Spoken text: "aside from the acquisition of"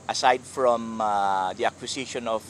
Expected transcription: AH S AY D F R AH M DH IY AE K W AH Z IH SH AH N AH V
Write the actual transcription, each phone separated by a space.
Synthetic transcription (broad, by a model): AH S AY D F R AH M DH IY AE K W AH S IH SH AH N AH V